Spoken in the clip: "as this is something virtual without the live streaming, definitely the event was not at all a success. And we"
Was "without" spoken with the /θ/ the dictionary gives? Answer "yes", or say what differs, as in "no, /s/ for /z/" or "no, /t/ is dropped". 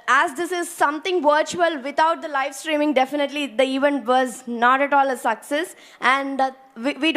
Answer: no, /t/ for /θ/